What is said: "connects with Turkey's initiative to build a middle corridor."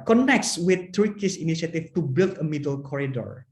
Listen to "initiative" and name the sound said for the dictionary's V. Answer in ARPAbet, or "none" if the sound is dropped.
F